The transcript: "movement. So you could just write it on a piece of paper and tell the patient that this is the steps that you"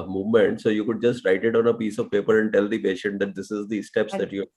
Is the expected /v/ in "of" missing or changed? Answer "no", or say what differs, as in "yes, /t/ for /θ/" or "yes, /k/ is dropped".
no